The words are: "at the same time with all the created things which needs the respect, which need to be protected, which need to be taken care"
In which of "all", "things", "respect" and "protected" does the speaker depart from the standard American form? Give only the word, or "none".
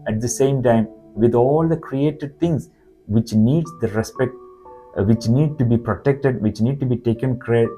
things